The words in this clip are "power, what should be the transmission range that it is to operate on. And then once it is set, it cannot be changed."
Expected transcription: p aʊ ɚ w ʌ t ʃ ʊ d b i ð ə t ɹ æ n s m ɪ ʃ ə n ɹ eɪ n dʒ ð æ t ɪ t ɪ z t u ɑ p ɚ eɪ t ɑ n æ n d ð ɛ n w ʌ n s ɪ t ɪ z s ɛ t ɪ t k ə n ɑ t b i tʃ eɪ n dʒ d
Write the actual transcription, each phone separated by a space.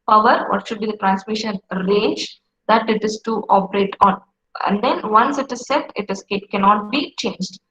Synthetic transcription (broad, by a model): p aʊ ɚ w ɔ t ʃ ʊ d b i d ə t ɹ æ n s m ɪ ʃ ə n ɹ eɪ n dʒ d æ t ɪ t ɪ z t u ɑ p ɚ eɪ t ɑ n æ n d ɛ n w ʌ n s ɪ t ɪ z s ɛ t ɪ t k ə n ɑ t b i tʃ eɪ n dʒ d